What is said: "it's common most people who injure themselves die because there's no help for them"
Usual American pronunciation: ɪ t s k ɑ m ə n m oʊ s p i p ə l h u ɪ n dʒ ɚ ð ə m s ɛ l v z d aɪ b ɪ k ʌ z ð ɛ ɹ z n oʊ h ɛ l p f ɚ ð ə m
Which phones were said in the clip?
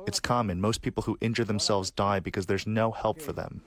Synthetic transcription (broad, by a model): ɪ t s k ɑ m ə n m oʊ s p i p l h u ɪ n dʒ ɚ ð ə m s ɛ l v z d aɪ b ɪ k ʌ z ð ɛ ɹ z n oʊ h ɛ l p f ɚ ð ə m